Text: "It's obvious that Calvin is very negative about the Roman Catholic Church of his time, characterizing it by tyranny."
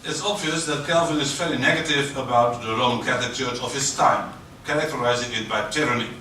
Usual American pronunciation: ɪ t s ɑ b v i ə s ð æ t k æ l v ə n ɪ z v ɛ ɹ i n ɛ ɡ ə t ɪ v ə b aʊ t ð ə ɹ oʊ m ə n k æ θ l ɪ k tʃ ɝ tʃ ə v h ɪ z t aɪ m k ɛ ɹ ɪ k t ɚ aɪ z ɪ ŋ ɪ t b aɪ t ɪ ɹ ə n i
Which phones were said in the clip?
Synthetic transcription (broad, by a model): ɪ t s ɑ b v i ə s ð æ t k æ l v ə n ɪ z f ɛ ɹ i n ɛ ɡ ə t ɪ v ə b aʊ t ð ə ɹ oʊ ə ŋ k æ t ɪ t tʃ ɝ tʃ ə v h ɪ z t aɪ m k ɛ ɹ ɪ k t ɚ aɪ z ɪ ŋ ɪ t b aɪ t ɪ ɹ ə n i